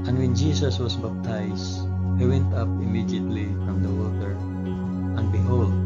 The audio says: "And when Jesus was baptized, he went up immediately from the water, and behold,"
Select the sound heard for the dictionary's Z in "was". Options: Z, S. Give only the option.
S